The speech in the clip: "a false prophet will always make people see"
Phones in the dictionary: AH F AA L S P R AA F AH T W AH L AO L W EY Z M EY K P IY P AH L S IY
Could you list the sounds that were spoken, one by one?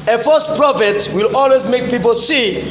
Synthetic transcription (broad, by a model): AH F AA S P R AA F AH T W AH L AO L W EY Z M EY K P IY P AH L S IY